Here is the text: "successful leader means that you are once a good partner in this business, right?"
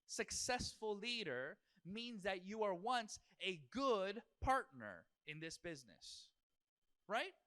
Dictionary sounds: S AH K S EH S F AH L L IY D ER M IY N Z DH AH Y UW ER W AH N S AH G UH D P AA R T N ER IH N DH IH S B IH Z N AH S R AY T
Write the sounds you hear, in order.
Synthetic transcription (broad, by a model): S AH K S EH S F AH L L IY D ER M IY N Z DH AH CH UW ER W AH N S AH G UH D P AA R T N ER IH N DH IH S B IH Z N AH S R AY T